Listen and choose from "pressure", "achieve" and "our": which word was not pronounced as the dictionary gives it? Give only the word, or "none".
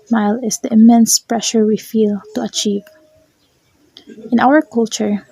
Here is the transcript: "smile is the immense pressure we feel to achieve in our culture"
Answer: none